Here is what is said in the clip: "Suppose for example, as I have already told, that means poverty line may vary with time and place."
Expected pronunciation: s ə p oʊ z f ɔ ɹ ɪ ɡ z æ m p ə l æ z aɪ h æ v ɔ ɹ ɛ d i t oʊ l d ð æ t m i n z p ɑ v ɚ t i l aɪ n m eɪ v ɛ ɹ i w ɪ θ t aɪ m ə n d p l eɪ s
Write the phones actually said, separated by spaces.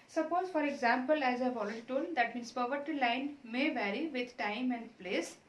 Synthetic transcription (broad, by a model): s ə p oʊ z f ɔ ɹ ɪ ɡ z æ m p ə l æ z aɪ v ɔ l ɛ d t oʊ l d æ t m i n s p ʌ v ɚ t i l aɪ n m eɪ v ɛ ɹ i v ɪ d t aɪ m ə n d p l eɪ s